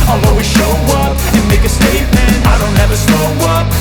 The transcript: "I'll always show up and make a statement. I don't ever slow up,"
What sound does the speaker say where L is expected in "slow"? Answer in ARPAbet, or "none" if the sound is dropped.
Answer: N